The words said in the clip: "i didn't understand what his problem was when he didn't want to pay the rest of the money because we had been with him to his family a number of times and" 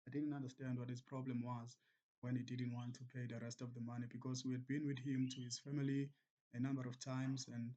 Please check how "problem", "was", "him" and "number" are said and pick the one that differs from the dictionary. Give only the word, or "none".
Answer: none